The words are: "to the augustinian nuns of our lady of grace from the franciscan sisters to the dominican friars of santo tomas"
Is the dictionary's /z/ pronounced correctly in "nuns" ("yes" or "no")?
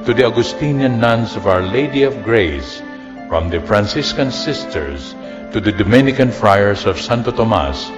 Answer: no